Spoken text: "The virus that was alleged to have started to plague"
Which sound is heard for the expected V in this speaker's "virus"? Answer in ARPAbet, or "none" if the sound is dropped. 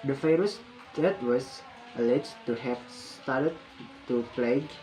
F